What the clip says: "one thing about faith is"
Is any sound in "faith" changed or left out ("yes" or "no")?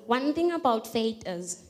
yes